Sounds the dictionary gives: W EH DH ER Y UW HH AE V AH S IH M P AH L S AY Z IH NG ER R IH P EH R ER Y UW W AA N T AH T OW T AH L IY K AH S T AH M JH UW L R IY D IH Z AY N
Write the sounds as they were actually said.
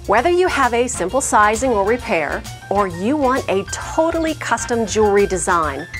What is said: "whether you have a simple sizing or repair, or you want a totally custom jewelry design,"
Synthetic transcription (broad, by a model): W EH DH ER Y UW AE V AH S IH M P L S AY Z IH NG ER R IH P EH R ER Y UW W AA N T AH T OW T L IY K AH S T AH M JH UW R IY D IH Z AY N